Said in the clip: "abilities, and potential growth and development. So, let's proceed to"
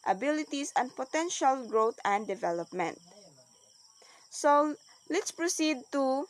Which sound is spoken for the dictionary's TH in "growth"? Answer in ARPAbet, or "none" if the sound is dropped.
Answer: T